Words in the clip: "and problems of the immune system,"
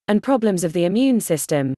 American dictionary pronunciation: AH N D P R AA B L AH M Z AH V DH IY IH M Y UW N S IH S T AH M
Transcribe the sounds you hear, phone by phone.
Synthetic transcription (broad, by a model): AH N P R AA B L AH M Z AH V DH IY IH M Y UW N S IH S T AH M